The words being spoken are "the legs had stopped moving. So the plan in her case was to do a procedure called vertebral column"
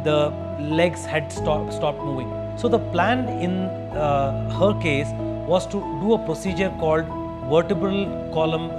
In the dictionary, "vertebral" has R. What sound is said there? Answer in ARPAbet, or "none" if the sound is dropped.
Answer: R